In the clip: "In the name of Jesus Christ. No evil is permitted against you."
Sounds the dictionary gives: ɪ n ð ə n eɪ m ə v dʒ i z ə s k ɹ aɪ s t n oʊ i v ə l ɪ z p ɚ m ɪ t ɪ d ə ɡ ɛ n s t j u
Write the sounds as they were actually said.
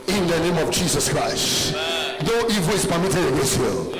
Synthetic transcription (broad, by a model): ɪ n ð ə n eɪ m ə v dʒ i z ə s k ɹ aɪ s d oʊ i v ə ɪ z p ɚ m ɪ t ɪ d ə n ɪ s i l